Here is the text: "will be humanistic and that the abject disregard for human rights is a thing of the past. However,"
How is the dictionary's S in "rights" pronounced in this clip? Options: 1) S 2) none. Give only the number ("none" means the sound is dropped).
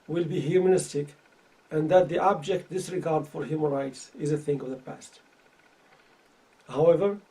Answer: 1